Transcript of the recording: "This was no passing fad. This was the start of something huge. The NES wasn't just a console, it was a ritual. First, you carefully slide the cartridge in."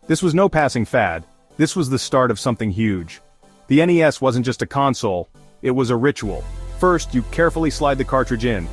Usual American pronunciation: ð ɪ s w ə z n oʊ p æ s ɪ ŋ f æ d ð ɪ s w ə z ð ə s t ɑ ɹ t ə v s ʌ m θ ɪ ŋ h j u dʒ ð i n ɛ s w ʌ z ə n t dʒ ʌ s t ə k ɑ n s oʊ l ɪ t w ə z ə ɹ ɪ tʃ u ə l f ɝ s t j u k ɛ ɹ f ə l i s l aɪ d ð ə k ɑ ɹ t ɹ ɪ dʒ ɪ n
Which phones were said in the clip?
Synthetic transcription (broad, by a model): ð ɪ s w ə z n oʊ p æ s ɪ ŋ f æ d ð ɪ s w ə z ð ə s t ɑ ɹ t ə v s ʌ m θ ɪ ŋ h j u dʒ ð i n ɛ s w ʌ z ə n dʒ ʌ s t ə k ɑ n s oʊ l ɪ t w ə z ə ɹ ɪ tʃ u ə l f ɝ s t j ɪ k ɛ ɹ f l i s l aɪ d ð ə k ɑ ɹ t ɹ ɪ dʒ ɪ n